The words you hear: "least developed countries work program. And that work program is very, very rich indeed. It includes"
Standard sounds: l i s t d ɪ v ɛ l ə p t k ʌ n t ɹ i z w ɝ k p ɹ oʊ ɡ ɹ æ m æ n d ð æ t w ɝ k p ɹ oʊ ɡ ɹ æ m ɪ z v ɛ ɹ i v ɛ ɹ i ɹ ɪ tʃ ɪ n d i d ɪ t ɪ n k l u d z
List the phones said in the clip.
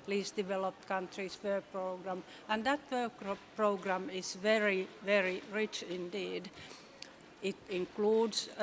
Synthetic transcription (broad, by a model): l i s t d ɪ v ɛ l ə p t k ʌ n t ɹ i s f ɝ p ɹ oʊ ɡ ɹ æ m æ n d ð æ t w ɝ k p ɹ oʊ ɡ ɹ æ m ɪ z v ɛ ɹ i v ɛ ɹ i ɹ ɪ tʃ ɪ n d i d ɪ t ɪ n k l u d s